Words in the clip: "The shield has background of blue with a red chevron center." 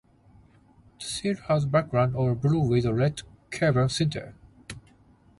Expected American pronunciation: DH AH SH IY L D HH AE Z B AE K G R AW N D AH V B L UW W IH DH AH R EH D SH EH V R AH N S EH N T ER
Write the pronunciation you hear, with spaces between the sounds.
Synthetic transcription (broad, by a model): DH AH S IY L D HH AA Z B AE K G R AW N D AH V B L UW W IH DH AH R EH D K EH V AH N S EH N T ER